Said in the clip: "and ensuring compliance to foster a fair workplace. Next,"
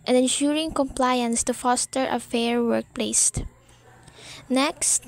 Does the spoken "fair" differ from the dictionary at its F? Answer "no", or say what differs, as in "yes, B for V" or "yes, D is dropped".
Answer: no